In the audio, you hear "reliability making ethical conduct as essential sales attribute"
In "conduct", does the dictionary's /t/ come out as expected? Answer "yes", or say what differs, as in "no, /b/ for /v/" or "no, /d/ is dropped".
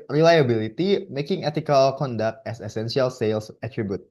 yes